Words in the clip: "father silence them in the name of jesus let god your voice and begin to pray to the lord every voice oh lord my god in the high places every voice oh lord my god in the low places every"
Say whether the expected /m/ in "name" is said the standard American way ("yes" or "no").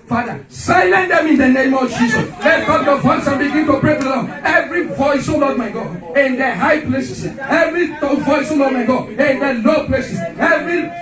yes